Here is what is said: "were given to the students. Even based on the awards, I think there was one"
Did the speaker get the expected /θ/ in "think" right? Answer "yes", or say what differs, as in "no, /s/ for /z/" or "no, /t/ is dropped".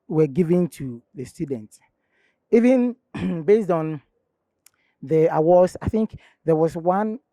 yes